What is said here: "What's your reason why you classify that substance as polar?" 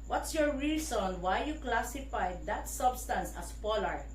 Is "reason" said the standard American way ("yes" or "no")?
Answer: no